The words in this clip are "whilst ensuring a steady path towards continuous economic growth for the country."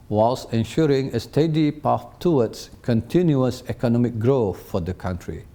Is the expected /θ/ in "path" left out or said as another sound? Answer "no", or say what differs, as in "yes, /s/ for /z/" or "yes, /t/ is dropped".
yes, /f/ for /θ/